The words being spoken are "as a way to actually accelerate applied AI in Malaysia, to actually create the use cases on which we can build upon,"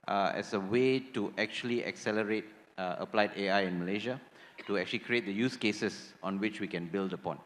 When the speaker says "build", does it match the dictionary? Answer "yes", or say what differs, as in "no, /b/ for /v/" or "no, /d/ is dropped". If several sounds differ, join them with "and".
yes